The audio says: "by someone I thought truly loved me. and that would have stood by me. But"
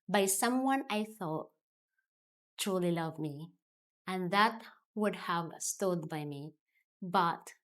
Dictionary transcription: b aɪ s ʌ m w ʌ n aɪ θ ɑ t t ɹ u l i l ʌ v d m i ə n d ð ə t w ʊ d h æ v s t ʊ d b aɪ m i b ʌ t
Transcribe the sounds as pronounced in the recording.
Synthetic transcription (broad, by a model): b aɪ s ʌ m w ʌ n aɪ θ ɑ t t ɹ u l i l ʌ v m i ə n ð ə t w ʊ d h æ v s t ʊ d b aɪ m i b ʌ t